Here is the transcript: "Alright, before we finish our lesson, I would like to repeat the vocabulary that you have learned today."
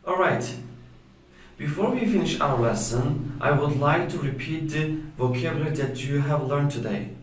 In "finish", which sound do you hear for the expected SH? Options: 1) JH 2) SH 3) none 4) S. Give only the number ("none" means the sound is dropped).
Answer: 2